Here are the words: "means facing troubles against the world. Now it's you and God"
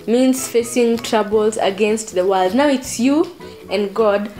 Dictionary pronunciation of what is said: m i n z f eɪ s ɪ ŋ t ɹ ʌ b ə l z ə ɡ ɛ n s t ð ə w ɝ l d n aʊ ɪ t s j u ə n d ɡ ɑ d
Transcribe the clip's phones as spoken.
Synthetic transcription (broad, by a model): m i n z f eɪ s ɪ ŋ t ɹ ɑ b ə l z ə ɡ ɛ n s t ð ə w ɝ l d n aʊ ɪ t s j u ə n ɡ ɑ d